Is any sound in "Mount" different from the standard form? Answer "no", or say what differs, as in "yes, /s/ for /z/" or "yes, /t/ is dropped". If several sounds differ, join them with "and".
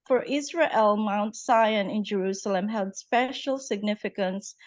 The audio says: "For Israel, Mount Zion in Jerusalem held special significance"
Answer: no